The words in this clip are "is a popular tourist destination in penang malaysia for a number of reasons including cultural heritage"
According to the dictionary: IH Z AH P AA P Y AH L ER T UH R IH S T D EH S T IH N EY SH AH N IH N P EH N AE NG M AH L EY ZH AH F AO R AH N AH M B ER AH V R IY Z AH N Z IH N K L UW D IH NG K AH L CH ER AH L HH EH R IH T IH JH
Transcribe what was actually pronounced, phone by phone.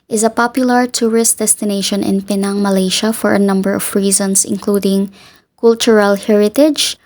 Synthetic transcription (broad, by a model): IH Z AH P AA P Y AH L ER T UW R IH S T D EH S T IH N EY SH AH N IH N P EH N AE NG M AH L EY SH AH F AO R AH N AH M B ER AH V R IY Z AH N S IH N K L UW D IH NG K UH L CH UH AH L HH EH R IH T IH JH